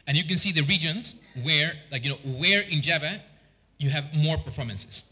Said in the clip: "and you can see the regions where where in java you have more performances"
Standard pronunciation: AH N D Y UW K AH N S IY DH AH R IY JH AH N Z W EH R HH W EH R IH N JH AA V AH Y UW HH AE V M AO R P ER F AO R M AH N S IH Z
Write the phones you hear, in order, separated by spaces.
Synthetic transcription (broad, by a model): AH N Y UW K AH N S IY DH AH R IY JH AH N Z W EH R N W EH R IH N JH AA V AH Y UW HH AE V M AO R P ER F AO R M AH N S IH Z